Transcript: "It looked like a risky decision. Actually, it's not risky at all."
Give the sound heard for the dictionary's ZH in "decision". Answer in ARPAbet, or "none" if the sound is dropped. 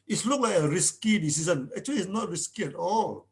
S